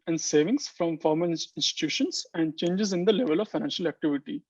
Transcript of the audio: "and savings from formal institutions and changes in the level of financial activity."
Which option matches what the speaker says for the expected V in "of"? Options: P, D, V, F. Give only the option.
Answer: V